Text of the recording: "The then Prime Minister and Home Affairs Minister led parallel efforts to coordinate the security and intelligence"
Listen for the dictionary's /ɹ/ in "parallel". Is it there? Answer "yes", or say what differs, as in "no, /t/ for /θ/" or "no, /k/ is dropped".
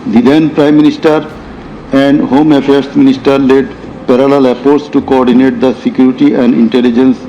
yes